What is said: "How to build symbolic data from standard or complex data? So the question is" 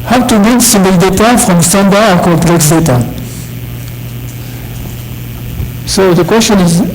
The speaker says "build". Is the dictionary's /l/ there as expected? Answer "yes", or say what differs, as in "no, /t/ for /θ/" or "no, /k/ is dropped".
no, /l/ is dropped